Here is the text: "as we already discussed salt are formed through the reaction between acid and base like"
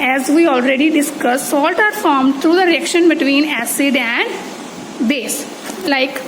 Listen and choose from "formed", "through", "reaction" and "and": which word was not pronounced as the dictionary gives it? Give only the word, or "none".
through